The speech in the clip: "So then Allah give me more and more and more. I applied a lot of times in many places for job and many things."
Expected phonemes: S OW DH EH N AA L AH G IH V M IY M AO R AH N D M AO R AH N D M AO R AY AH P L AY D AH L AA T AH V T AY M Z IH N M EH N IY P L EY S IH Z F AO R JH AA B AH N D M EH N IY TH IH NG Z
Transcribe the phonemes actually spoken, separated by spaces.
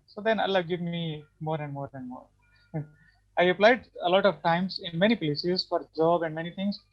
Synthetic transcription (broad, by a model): S OW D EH N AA L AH G IH V M IY M AO R AH N D M AO R AH N D M AO R AY AH P L AY D AH L AA T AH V T AY M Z IH N M EH N IY P L EY S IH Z F AO R JH AA B AH N D M EH N IY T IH NG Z